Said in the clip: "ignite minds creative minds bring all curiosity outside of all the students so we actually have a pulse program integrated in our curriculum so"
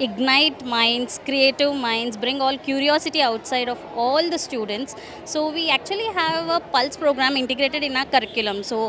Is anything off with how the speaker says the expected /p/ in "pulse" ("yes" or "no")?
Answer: no